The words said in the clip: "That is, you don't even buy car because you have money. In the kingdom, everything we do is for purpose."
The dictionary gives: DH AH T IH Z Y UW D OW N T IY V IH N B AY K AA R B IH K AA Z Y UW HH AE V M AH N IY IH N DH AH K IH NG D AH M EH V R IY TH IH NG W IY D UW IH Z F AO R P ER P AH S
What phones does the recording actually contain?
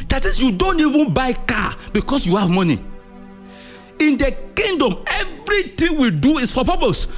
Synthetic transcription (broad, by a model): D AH T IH S Y UW D OW N T IY V IH N B AY K AA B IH K AA S Y UW HH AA V M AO N IY IH N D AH K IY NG D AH M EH V R IY T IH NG W IY D UW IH S F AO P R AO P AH S